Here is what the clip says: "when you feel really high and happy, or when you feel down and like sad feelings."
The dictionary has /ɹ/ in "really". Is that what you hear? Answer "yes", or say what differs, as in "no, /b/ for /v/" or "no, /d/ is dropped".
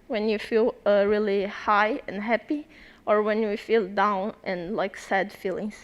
yes